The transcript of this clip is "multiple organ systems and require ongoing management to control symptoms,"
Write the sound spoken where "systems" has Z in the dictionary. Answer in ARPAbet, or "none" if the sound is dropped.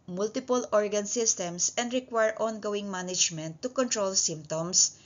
S